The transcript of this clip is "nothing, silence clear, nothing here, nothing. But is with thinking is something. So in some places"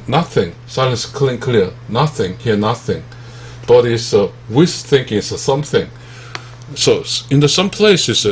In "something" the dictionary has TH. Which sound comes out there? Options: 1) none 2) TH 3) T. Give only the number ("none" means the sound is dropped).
2